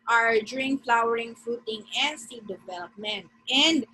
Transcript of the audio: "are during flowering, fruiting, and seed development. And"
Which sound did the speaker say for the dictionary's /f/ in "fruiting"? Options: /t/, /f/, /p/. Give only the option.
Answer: /f/